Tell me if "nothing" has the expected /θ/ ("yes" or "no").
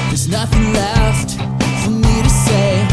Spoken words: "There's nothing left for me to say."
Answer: yes